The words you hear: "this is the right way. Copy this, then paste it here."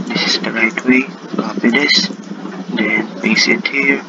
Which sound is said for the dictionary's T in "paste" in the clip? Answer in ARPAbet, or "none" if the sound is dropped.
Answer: none